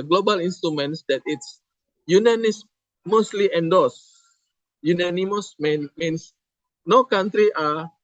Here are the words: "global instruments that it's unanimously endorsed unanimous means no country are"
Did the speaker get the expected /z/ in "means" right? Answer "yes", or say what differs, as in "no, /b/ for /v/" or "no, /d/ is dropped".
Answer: no, /s/ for /z/